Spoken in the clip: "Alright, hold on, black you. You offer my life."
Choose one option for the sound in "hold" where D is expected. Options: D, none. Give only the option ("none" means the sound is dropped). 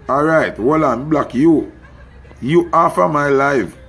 none